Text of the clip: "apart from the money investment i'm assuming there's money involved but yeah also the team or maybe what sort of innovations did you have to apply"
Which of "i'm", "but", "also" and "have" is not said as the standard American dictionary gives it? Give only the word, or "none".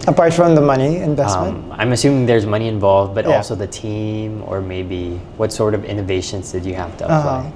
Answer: have